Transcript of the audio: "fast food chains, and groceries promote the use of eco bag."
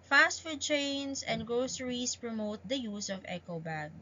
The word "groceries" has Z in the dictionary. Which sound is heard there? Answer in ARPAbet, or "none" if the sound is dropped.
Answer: S